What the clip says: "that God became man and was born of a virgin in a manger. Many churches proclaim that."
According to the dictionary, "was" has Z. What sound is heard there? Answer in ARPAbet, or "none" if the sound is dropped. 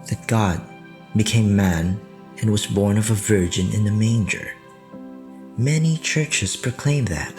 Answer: Z